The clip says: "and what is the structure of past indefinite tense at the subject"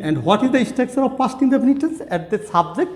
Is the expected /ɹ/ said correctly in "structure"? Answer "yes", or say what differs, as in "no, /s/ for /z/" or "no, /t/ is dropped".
no, /ɹ/ is dropped